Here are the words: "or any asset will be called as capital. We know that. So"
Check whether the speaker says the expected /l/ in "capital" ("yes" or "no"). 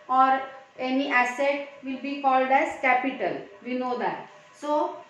yes